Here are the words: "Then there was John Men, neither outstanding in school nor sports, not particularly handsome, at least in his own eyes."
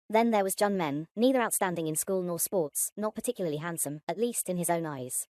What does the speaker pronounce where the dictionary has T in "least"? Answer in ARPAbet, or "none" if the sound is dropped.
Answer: T